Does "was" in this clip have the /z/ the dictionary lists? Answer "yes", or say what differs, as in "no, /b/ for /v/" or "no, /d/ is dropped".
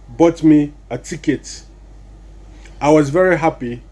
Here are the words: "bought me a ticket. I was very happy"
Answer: yes